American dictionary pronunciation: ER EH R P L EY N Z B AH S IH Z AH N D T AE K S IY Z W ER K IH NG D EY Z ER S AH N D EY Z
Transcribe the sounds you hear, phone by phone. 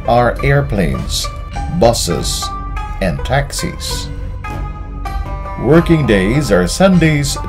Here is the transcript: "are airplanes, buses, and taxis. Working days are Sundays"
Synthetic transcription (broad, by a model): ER EH R P L EY N Z B AH S IH Z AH N T AE K S IY Z W ER K IH NG D EY Z ER S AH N D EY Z